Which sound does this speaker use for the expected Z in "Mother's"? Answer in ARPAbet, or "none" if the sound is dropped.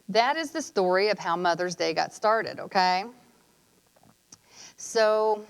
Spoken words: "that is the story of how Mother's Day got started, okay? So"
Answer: Z